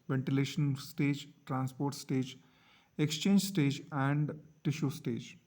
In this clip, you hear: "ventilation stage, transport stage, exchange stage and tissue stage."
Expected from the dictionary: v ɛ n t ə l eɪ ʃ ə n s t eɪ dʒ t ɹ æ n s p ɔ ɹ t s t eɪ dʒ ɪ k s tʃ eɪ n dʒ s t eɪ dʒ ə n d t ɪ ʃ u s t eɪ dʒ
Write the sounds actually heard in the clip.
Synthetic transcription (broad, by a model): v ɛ n t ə l eɪ ʃ ə n s t eɪ dʒ t ɹ æ n s p ɔ ɹ t s t eɪ dʒ ɪ k s tʃ eɪ n dʒ s t eɪ dʒ ə n d t ɪ ʃ u s t eɪ dʒ